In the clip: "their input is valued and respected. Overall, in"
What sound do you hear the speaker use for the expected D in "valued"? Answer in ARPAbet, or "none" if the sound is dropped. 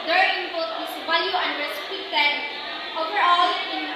none